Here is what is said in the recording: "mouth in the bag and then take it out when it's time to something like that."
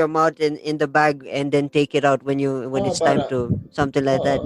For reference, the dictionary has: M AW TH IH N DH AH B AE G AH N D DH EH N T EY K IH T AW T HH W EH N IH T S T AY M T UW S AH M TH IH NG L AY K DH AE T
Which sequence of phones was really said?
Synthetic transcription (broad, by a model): M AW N IH N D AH B AE G AH N D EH N T EY K IH T AW T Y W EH N IH T S T AY M T UW S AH M T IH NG L AY K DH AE T